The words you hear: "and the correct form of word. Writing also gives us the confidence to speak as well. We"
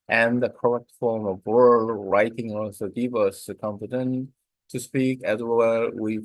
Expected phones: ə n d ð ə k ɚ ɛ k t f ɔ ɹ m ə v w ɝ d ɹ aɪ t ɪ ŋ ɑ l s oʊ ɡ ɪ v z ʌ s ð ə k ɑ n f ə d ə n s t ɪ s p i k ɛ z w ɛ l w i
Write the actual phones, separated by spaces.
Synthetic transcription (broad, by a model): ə n ð ə k ɚ ɛ k t f ɔ ɹ m ə v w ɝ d ɹ aɪ t ɪ ŋ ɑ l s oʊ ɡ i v ʌ s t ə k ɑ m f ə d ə n t ɪ s p i k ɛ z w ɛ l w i